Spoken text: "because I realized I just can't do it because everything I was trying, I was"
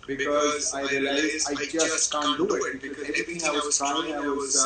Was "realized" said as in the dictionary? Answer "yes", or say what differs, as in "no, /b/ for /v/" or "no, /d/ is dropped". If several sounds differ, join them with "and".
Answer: no, /d/ is dropped